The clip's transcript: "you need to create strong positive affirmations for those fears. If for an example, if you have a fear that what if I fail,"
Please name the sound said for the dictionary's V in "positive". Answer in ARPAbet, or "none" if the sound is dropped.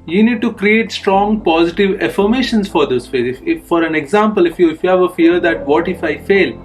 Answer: V